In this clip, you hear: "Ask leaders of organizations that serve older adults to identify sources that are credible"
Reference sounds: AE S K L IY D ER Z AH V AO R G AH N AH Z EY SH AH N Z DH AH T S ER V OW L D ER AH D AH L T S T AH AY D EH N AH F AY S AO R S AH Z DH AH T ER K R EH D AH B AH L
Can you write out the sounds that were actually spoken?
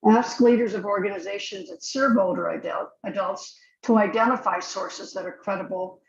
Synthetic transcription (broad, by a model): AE S K L IY D ER Z AH V AO R G AH N AH Z EY SH AH N Z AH T S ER B OW L D ER AH D AH L T S T AH AY D EH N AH F AY S AO R S AH Z DH AH T ER K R EH D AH B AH L